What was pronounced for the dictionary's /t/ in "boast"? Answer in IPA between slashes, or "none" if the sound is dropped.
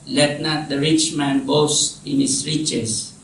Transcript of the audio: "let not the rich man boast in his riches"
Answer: none